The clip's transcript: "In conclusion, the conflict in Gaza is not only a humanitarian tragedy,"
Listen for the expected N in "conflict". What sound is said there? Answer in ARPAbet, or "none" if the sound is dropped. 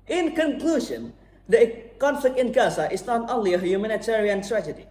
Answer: N